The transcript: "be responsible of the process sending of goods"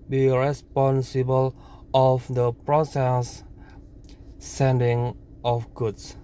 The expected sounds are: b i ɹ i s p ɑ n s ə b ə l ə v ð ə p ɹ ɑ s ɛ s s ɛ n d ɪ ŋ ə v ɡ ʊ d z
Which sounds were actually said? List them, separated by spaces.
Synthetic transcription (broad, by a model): b i ɹ i s p ɑ n s ə b ə l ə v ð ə p ɹ ɑ s ɛ s s ɛ n d ɪ ŋ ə f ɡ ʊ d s